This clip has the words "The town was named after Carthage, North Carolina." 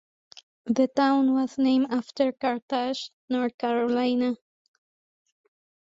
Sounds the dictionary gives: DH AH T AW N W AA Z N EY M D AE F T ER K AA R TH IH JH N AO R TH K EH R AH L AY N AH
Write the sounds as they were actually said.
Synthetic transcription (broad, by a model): DH AH T AW N W AA Z N EY M AE F T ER K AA R T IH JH N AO R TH K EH R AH L AY N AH